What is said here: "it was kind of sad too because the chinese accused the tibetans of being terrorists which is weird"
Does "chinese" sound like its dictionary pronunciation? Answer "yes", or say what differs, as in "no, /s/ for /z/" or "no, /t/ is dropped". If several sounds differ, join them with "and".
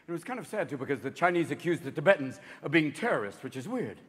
yes